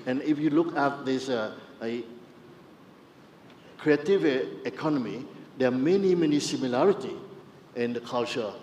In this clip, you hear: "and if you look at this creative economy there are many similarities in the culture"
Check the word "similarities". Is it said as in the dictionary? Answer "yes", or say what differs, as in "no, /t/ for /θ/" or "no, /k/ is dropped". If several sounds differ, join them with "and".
no, /z/ is dropped